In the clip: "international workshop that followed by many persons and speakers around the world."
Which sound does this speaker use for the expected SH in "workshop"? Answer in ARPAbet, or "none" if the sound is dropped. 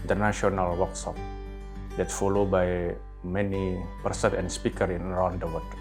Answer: S